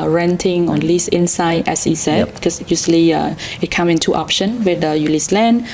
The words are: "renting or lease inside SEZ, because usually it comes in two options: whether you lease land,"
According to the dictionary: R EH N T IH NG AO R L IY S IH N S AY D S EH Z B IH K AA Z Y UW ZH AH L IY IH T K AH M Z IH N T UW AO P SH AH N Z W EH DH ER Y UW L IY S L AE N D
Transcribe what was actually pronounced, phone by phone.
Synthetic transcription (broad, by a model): R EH N T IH NG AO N L IY S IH N S AY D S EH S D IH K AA S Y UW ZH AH L IY IH T K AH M IH N T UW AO P SH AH N W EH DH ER Y UW L IY S L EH N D